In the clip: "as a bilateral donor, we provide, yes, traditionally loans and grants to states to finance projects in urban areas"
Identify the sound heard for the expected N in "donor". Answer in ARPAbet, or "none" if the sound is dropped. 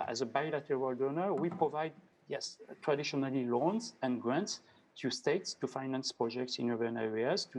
N